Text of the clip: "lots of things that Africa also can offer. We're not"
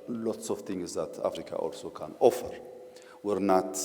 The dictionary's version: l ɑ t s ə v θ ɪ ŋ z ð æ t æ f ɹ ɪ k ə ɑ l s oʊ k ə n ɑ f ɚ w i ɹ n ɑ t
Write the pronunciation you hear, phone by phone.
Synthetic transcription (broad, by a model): l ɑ t s ə v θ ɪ ŋ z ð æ t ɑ f ɹ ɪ k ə ɑ l s oʊ k ə n ɑ f ɚ w i ɹ n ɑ t